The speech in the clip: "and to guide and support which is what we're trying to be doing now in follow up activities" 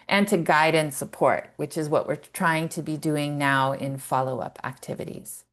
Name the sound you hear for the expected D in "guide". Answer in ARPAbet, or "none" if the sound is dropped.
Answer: D